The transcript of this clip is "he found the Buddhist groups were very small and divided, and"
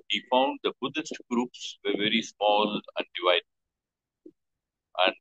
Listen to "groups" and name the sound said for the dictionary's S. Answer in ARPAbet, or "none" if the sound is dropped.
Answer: S